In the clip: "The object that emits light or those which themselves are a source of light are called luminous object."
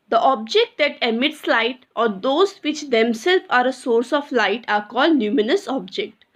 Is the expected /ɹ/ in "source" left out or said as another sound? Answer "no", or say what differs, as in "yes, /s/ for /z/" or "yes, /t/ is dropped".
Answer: no